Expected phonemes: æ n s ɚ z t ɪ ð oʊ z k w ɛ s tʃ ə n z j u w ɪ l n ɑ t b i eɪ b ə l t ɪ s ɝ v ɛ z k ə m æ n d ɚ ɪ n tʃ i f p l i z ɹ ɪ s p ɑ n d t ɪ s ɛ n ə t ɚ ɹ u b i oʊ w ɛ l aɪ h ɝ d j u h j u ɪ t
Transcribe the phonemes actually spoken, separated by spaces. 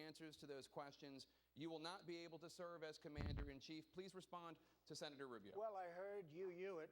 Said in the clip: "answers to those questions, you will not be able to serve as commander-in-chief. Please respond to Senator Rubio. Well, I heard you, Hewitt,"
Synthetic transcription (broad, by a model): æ n s ɚ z t ɪ ð oʊ z k w ɛ s tʃ ə n z j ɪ w ɪ l n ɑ t b i eɪ b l t ɪ s ɝ v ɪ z k ə m æ n d ɚ ɪ n tʃ i f p l i z ɹ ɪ s p ɑ n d t ɪ s ɛ n ə t ɚ ɹ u b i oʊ w ɛ l aɪ h ɝ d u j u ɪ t